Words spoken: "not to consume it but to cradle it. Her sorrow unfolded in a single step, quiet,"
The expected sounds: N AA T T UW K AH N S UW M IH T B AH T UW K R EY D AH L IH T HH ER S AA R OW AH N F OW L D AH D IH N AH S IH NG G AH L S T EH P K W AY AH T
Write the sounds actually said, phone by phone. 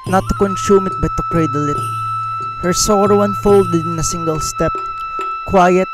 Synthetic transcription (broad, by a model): N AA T T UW K AH N S UW M IH T B AH T UW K R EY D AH L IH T HH ER S AA R OW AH N F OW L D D IH N AH S IH NG G AH L S T EH P K W AY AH T